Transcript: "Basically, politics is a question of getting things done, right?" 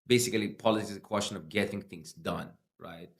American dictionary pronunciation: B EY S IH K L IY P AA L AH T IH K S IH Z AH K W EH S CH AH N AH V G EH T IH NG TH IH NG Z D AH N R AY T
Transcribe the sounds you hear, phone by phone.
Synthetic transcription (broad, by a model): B EY S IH K L IY P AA L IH S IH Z AH K W EH S CH AH N AH V G EH T IH NG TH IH NG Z D AH N R AY T